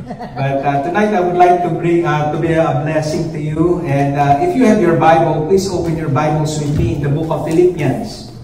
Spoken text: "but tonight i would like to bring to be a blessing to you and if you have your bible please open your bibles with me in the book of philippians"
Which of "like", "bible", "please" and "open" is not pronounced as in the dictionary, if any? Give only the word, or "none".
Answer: please